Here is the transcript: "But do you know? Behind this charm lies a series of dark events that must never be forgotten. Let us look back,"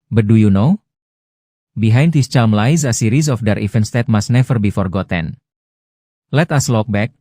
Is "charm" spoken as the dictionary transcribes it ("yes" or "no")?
no